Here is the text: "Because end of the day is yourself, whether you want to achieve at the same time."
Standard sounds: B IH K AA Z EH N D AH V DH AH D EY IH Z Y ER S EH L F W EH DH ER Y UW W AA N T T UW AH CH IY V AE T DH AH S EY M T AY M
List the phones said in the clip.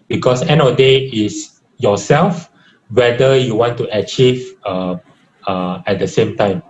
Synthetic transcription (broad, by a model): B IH K AA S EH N AH D EY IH S Y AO S EH L F W EH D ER Y UW W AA N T T UW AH CH IY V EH T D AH S EY M T AY M